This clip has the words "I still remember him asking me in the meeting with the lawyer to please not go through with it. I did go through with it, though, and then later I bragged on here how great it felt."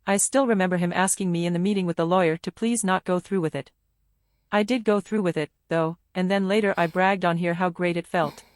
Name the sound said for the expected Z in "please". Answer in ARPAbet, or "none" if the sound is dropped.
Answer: Z